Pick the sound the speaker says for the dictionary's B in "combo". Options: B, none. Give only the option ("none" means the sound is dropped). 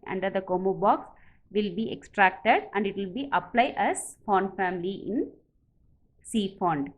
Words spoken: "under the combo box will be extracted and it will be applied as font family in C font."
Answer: none